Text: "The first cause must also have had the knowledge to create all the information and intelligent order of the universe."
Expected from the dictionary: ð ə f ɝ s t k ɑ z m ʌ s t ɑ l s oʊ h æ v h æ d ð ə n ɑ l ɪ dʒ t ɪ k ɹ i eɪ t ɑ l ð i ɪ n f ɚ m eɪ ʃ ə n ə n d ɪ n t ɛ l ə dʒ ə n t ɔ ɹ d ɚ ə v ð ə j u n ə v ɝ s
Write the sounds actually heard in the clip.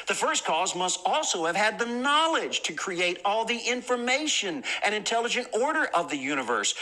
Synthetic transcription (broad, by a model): ð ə f ɝ s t k ɑ z m ʌ s t ɑ l s oʊ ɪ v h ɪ d ð ə n ɑ l ɪ dʒ t ɪ k ɹ i eɪ t ɑ l ð i ɪ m f ɚ m eɪ ʃ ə n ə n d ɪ n t ɛ l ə dʒ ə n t ɔ ɹ d ɚ ə v ð ə j u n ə v ɝ s